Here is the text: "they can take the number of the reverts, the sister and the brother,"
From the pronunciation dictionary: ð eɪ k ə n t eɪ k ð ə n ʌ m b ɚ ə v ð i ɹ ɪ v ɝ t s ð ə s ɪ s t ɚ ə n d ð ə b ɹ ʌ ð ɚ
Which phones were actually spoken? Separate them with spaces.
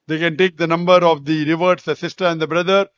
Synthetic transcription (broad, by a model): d eɪ k ə n t eɪ k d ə n ʌ m b ɚ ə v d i ɹ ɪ v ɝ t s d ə s ɪ s t ɚ ə n d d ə b ɹ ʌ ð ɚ